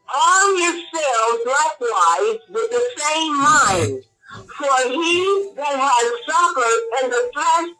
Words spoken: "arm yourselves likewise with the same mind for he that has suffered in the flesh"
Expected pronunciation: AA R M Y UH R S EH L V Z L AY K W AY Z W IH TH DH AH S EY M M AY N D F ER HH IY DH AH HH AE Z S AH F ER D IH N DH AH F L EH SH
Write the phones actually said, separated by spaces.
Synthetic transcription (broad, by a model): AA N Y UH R S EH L Z L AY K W AY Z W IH DH AH S EY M M AY N D F ER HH IY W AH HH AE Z S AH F ER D IH N DH AH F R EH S